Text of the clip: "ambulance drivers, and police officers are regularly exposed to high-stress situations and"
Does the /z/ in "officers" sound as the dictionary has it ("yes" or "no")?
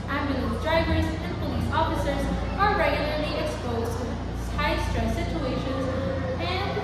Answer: yes